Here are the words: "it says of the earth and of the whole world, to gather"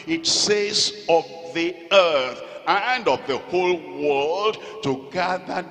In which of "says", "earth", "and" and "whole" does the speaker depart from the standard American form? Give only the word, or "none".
none